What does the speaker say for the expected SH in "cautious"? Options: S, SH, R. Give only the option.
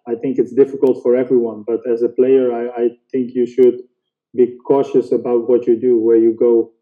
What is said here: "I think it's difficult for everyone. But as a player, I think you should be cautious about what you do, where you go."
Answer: SH